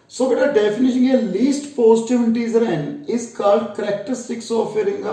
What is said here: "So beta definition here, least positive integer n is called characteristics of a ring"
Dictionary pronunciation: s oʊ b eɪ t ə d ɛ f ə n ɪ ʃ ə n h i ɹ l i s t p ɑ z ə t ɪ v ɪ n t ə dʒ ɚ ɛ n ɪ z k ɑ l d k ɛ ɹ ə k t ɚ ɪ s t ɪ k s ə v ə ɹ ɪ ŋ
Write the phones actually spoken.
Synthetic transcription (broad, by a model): s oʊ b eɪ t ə d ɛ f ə n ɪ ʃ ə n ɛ l i s t p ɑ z t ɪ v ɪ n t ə z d ɛ n ɪ z k ɑ l d k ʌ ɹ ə k t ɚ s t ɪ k s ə f ə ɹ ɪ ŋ